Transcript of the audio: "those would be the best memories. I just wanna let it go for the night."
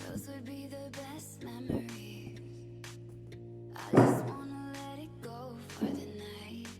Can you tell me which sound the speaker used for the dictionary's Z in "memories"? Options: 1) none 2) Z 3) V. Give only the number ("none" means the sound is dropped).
1